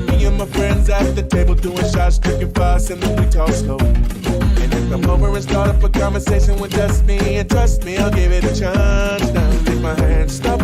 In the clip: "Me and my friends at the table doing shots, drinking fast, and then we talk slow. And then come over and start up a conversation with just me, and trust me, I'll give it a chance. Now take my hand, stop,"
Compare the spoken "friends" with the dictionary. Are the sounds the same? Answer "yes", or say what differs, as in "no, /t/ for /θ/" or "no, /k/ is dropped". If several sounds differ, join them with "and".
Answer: yes